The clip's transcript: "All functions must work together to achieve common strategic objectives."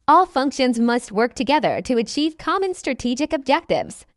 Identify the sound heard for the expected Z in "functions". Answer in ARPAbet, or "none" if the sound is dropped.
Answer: Z